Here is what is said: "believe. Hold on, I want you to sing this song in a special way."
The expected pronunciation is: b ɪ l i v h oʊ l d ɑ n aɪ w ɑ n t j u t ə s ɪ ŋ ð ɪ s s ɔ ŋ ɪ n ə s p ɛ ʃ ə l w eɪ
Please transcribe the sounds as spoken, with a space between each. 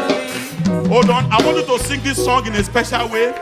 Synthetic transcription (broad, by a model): oʊ d ɑ n aɪ w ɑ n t j u t ə s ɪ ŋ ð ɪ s s ɔ ŋ ɪ n ə s p ɛ ʃ ə l w eɪ